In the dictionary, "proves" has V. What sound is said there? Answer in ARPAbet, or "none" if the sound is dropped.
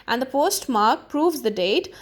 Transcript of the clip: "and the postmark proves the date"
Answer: V